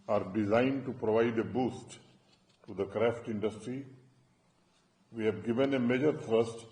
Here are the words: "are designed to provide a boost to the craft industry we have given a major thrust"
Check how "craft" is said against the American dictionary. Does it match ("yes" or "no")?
yes